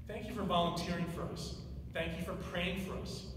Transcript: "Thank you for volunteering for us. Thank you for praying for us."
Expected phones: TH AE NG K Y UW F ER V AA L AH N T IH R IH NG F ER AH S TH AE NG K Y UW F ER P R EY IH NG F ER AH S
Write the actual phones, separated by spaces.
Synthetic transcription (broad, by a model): TH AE NG K Y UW F ER V AA L AH N T IH R IH NG F ER AH S TH AE NG K Y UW F ER P R EY IH NG F ER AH S